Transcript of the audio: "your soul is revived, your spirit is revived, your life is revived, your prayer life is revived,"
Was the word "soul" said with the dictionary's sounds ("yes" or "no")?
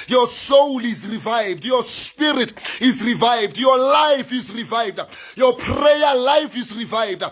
yes